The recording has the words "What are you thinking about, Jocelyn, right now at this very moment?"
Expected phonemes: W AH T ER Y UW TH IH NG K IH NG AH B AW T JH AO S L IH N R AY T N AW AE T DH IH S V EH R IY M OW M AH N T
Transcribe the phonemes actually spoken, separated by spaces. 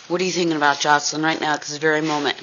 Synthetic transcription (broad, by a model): W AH T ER Y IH TH IH NG K IH NG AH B AW T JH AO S IH N R AY T N AW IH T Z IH V EH R IY M OW M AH N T